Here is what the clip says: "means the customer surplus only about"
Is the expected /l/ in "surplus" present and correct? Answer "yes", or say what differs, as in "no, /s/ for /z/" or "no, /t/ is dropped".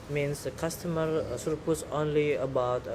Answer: no, /l/ is dropped